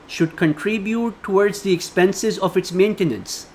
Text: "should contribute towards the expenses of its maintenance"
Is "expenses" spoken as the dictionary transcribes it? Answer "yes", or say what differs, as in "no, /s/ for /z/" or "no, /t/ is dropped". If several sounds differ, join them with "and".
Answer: yes